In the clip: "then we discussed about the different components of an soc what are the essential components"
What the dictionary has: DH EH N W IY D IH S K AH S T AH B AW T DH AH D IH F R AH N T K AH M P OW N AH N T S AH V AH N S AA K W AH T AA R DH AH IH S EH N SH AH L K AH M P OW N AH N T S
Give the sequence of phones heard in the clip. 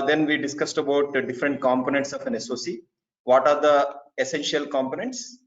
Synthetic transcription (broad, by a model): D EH N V IY D IH S K AH S T AH B AW T D IH F R AH N T K AH M P OW N AH N T S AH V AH N S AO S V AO T AA R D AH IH S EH N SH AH L K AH M P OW N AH N T S